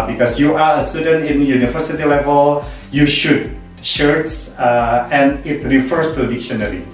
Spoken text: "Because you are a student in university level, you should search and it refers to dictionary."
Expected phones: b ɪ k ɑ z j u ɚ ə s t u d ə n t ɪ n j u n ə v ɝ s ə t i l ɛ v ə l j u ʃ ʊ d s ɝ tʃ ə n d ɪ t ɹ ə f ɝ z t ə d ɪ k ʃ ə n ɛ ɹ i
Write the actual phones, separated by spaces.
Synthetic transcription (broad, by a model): b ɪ k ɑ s j u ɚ ə s t u d ə n t ɪ n j u n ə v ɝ s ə t i l ɛ v ə l j u ʃ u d ʃ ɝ s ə n ɪ t ɹ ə f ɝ s t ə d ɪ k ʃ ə n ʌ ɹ i